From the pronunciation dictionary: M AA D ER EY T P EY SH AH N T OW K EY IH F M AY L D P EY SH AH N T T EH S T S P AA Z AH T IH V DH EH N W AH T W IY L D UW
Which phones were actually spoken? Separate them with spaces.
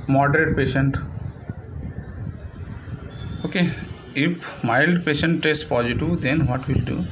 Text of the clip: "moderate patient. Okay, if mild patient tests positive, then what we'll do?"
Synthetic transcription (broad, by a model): M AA D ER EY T P EY SH AH N T OW K EY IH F M AY L D P EY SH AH N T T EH S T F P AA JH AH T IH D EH N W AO T W IY L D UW